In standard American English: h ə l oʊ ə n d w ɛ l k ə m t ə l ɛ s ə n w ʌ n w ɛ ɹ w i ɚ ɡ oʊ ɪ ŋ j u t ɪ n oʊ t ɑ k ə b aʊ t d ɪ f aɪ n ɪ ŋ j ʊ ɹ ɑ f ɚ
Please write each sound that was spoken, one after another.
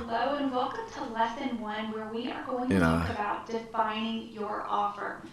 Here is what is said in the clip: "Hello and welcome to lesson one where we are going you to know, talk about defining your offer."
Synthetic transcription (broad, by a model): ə l oʊ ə n w ɛ l k ə m t ə l ɛ s ə n w ʌ n w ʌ ɹ w i ɚ ɡ oʊ ɪ ŋ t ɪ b ɑ ə t d ɪ f aɪ n ɪ ŋ j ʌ ɹ ɑ f ɚ